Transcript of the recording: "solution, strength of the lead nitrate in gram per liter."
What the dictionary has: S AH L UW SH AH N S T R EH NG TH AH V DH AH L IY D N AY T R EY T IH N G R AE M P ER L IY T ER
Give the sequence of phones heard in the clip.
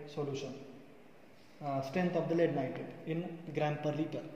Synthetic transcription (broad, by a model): S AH L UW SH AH N S T R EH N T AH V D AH L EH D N AY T EY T IH N G R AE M P ER L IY T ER